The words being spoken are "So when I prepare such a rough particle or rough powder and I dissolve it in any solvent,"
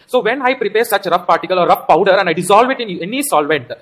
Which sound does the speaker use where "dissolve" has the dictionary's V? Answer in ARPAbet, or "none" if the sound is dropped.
V